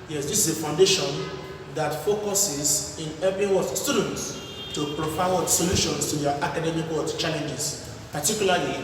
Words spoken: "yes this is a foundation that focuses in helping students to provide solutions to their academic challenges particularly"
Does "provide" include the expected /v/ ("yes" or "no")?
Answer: no